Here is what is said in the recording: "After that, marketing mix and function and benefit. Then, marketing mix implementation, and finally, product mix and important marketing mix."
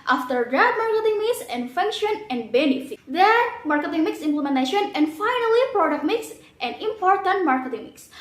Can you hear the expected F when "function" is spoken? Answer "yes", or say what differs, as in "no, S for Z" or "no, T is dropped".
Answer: yes